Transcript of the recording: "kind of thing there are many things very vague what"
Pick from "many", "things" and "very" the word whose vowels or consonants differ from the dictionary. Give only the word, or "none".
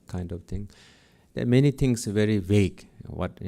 things